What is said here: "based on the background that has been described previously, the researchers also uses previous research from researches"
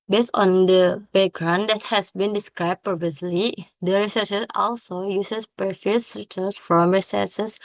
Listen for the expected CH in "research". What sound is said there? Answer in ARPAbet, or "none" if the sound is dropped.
S